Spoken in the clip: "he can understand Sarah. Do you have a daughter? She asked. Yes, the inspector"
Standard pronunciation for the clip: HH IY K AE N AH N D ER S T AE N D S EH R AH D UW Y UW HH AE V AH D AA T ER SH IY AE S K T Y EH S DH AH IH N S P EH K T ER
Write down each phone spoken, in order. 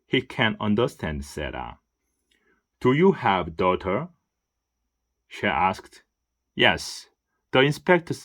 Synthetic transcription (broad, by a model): HH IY K AE N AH N D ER S T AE N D S EH R AH D UW Y UW HH AE V D AA T ER SH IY AE S K T Y EH S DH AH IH N S P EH K T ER